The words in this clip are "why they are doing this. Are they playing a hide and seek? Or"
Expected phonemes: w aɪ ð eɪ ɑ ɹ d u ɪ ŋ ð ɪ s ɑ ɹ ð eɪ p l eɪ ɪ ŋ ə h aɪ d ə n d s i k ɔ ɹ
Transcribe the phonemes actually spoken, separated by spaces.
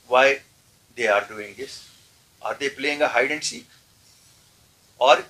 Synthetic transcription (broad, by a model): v aɪ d eɪ ɑ ɹ d u ɪ ŋ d ɪ s ɑ ɹ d eɪ p l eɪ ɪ ŋ ə h aɪ d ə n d s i ɔ ɹ